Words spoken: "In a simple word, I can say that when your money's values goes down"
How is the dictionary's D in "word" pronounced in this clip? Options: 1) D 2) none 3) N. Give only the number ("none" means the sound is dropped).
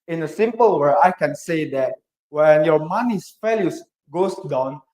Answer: 2